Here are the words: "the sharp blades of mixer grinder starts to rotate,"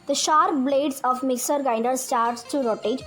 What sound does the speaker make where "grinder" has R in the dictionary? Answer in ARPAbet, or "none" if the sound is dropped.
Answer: none